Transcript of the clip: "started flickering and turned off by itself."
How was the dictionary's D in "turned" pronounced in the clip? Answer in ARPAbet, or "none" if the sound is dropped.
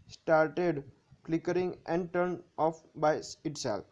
none